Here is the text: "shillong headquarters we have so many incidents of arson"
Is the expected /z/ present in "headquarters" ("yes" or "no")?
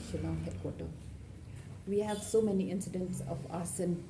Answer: no